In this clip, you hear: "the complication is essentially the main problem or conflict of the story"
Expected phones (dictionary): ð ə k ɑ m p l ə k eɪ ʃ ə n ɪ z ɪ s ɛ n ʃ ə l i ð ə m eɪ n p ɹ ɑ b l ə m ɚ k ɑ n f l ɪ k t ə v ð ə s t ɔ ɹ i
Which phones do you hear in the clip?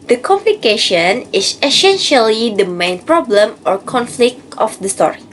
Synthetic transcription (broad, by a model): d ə k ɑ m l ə k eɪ ʃ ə n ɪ s ɪ s ɛ n ʃ ə l i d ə m eɪ n p ɹ ɑ b l ə m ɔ k ɑ n f l ɪ k t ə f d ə s t ɔ ɹ i